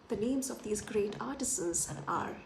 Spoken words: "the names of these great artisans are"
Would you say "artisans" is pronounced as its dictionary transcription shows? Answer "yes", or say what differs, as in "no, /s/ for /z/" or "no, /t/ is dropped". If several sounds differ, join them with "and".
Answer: no, /n/ is dropped